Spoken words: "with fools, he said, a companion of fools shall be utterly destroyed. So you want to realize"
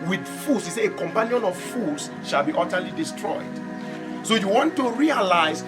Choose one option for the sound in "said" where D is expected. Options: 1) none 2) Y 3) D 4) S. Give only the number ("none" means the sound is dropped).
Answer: 1